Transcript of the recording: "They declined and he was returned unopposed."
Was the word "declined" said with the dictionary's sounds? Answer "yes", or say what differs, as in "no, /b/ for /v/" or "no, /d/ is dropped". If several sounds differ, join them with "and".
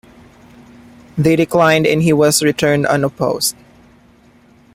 yes